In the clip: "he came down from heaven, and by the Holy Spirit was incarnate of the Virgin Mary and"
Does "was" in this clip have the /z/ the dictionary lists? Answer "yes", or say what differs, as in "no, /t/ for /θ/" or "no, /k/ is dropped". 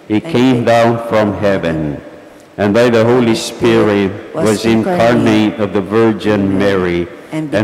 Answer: yes